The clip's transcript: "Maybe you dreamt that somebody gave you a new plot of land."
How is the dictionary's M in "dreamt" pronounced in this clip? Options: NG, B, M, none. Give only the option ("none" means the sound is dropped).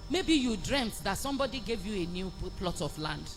M